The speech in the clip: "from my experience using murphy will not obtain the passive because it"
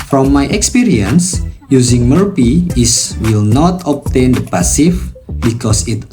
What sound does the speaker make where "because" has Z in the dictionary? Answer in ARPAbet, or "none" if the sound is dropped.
S